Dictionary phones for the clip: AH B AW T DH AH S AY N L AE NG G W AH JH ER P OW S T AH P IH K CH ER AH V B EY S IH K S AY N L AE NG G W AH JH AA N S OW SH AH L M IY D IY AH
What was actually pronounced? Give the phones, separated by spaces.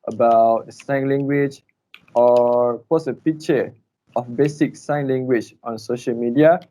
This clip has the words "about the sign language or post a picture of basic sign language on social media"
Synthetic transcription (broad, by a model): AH B AW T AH S AY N L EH NG G W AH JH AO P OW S AH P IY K CH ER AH F B EY S IH K S AY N L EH NG G W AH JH AA N S OW SH AH L M IY D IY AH